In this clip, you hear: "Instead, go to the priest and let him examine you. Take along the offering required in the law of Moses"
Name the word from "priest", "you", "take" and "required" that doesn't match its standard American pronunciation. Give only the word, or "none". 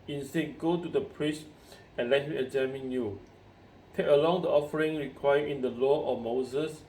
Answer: required